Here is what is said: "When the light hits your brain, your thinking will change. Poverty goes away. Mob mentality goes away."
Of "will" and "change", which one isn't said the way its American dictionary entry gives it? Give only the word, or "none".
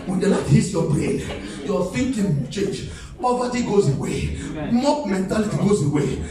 will